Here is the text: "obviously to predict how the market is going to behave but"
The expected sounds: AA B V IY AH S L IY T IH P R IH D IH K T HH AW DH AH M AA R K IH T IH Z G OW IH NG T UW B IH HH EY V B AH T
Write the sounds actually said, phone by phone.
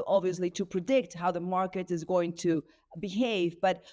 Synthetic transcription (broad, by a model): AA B V IY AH S L IY T IH P R IH D IH K T HH AW DH AH M AA R K IH T IH Z G OW IH NG T UW B IH HH EY V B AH T